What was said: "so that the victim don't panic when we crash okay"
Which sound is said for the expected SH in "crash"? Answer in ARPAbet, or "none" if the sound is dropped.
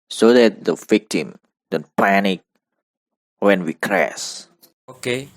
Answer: S